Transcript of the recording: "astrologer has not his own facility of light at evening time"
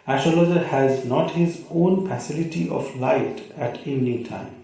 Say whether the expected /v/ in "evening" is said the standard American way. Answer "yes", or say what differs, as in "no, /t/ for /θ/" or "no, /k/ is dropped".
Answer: no, /v/ is dropped